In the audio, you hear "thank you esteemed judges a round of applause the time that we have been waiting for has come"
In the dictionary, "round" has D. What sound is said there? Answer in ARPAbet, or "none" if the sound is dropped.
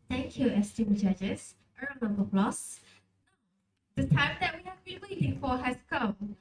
none